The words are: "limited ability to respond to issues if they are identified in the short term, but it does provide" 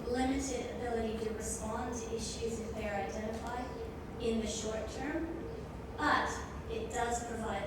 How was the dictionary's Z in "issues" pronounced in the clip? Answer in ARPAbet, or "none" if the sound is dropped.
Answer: Z